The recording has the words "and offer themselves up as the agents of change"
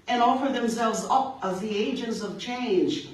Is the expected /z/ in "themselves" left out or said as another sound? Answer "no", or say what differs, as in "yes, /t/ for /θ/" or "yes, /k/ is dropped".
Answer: no